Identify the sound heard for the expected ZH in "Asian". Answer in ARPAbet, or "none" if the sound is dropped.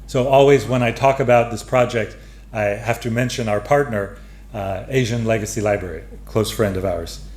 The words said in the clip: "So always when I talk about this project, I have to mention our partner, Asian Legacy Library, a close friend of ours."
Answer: ZH